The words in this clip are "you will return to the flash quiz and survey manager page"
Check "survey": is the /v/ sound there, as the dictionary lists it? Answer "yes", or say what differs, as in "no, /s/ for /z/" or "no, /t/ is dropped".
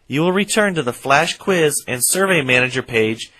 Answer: yes